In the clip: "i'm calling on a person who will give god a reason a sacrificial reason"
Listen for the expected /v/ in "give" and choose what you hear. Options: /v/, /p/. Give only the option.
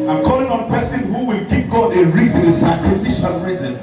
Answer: /p/